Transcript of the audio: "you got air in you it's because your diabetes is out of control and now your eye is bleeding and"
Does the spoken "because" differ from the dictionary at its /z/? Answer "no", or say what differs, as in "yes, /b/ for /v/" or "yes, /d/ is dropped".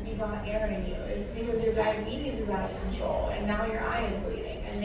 no